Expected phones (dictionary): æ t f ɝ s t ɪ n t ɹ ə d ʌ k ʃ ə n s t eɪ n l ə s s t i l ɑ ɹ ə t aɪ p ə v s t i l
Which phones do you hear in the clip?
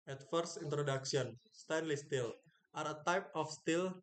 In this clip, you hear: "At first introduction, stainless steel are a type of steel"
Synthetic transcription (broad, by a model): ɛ t f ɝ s i n t ɹ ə d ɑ k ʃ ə n s t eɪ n l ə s s t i l ɑ ɹ ə t aɪ p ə f s t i l